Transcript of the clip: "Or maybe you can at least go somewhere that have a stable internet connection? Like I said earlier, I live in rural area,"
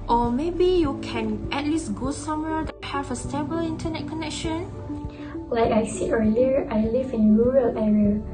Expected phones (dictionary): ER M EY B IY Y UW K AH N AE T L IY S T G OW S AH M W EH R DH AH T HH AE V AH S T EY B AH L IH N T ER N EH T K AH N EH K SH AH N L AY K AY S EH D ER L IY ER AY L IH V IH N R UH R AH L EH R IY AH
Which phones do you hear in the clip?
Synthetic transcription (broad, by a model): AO M EY B IY Y UW K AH N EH T L IY S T G OW S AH M W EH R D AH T HH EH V AH S T EY B AH L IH N T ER N EH T K AH N EH K SH AH N L AY K AY S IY ER L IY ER AY L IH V IH N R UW R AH L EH R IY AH